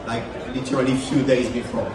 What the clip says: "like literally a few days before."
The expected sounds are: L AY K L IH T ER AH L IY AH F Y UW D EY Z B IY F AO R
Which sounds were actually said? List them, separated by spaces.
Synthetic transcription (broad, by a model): L AY K L IH T ER AH L IY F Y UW D EY Z B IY F AO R